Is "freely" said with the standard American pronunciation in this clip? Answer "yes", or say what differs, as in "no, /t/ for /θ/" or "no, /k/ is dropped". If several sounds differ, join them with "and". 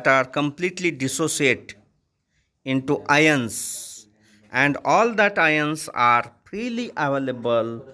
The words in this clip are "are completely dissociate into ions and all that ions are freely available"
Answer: no, /p/ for /f/